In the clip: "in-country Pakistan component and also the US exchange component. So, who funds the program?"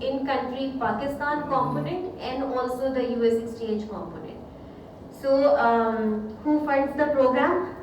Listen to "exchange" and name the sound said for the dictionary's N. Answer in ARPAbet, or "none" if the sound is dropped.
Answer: none